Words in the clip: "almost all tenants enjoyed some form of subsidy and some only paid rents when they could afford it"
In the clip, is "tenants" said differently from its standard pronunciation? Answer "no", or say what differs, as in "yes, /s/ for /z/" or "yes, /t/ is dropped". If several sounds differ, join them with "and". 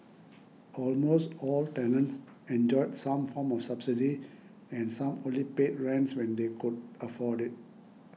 no